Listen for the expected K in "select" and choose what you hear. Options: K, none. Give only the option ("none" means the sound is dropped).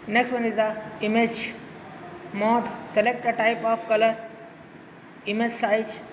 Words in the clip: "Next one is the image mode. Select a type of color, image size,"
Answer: K